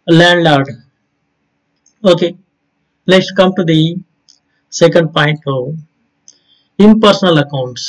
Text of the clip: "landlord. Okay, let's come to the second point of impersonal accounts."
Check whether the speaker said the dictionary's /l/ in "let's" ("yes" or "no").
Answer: no